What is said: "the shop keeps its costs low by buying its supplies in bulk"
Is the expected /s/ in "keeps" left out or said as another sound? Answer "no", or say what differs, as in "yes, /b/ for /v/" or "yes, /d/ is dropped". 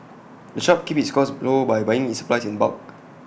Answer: yes, /s/ is dropped